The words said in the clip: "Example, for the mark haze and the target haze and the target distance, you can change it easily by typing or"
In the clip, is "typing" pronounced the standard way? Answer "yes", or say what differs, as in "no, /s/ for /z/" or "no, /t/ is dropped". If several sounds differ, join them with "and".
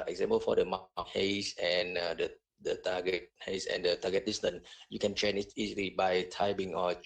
no, /b/ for /p/